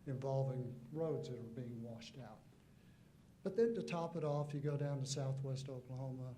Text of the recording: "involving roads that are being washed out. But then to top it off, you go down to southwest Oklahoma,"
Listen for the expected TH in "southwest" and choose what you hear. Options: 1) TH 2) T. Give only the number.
1